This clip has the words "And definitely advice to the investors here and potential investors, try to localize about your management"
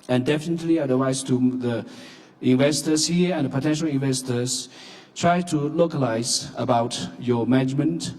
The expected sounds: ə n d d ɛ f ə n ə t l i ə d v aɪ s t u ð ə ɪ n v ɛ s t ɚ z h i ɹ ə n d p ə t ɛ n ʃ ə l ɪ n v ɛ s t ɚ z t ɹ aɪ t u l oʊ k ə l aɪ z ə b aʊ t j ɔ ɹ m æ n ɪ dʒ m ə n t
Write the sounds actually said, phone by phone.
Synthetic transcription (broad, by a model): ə n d d ɛ f ə n ə t l i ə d w aɪ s t u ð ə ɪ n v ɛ s t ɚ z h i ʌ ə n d p ə t ɛ n ʃ ə l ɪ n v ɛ s t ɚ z t ɹ aɪ t u l oʊ k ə l aɪ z ə b aʊ t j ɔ m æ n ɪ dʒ m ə n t